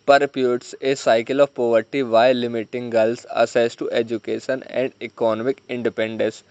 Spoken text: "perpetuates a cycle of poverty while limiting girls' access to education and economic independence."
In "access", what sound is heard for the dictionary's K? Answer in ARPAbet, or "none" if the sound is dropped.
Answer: none